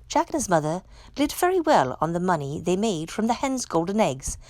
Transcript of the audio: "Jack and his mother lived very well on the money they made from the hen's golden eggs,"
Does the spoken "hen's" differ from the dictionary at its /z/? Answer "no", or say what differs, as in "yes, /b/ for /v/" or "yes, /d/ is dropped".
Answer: no